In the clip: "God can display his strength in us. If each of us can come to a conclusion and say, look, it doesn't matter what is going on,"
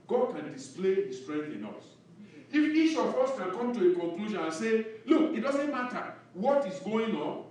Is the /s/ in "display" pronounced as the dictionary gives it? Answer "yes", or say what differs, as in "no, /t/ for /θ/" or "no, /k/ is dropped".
yes